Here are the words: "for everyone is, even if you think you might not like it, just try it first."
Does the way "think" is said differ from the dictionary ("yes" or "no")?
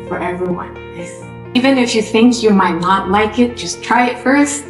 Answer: no